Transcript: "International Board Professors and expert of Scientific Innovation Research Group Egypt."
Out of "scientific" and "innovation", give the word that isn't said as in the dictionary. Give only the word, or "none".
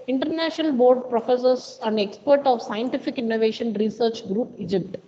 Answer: none